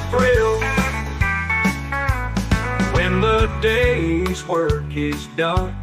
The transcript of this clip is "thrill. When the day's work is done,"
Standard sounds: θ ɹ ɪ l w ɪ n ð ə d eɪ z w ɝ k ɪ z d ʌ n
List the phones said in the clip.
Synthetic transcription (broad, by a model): ɹ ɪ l w ɪ n ð ə d eɪ z w ɝ k ɪ z d ʌ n